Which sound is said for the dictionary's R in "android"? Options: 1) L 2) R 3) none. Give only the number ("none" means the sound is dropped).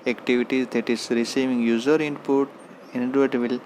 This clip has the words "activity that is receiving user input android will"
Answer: 3